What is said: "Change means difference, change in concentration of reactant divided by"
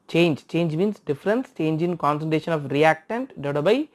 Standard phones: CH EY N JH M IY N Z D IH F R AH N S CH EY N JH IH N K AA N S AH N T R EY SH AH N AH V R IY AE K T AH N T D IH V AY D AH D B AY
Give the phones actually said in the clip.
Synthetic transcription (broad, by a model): CH EY N JH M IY N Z D IH F R AH N S CH EY N JH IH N K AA N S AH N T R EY SH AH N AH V R IY AE K T AH N T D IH UH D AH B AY